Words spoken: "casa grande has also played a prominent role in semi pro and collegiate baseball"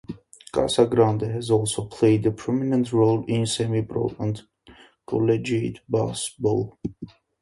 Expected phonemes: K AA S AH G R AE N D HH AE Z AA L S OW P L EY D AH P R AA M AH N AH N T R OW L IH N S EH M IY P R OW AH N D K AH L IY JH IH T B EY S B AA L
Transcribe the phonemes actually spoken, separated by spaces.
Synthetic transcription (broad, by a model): K AA S AH G R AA N D HH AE Z AA L S OW P L EY D AH P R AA M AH N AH N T R OW L IH N S EH M IY B R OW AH N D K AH L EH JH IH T B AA S B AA L